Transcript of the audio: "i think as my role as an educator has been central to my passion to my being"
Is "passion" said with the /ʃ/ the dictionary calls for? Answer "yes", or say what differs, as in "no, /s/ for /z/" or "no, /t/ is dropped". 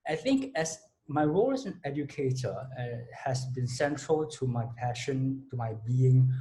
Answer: yes